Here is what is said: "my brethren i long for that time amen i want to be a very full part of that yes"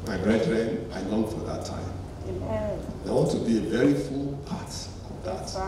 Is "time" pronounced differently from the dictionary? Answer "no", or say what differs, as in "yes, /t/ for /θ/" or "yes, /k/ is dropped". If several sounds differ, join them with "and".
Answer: yes, /m/ is dropped